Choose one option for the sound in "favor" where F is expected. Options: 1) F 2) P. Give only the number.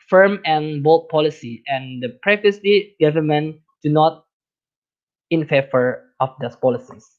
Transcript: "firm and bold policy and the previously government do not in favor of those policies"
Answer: 1